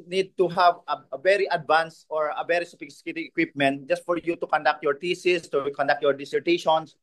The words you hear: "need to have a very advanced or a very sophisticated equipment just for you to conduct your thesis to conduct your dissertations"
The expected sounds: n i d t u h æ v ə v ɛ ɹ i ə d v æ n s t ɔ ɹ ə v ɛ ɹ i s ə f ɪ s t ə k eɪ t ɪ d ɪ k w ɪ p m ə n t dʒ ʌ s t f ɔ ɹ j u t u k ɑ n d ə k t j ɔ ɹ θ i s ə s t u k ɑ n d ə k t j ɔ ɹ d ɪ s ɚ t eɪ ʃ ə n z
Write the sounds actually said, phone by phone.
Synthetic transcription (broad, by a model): n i d t u h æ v ə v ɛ ɹ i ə d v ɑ n s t ɔ ɹ ə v ɛ ɹ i s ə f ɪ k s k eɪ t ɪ ɪ k w ɪ p m ə n t dʒ ʌ s t f ɔ ɹ j u t u k ɑ n d ə k t j ɔ ɹ t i s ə s t u k ɑ n d ə k t j ɔ ɹ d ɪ s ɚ t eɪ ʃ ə n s